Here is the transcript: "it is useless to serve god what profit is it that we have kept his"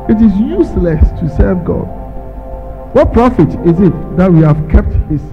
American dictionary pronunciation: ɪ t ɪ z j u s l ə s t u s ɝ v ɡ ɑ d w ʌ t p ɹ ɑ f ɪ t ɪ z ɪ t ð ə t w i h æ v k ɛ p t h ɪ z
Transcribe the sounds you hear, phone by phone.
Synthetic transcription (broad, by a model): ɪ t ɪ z j u s l ə s t u s ɝ v ɡ ɑ d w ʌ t p ɹ ɑ f ɪ t ɪ z ɪ t ð ə t w i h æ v k ɛ p t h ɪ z